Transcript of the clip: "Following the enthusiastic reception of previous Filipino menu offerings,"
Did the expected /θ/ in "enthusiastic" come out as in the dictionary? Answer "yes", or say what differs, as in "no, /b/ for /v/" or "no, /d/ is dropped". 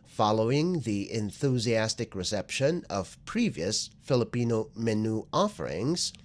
yes